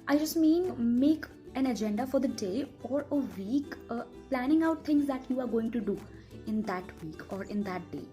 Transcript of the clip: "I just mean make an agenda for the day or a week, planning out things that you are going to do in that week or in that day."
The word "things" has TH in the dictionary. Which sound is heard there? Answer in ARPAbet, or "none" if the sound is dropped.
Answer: T